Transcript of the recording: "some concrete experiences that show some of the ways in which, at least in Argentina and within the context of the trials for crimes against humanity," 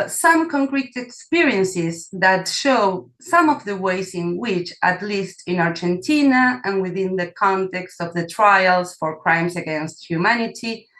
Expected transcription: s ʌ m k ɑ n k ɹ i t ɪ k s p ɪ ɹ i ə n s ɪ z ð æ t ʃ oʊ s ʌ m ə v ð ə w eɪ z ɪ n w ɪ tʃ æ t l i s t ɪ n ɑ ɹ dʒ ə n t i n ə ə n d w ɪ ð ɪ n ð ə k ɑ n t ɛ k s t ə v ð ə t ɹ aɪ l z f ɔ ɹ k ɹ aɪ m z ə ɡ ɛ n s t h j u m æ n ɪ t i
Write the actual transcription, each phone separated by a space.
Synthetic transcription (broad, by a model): s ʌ m k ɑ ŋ k ɹ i t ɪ k s p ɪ ɹ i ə n s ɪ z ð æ t ʃ oʊ s ʌ m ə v ð ə w eɪ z ɪ n w ɪ tʃ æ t l i s t ɪ n ɑ ɹ dʒ ə n t i n ə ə n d w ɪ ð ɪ n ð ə k ɑ n t ɛ k s t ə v ð ə t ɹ aɪ l s f ɔ ɹ k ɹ aɪ m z ə ɡ ɛ n s t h j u m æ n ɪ t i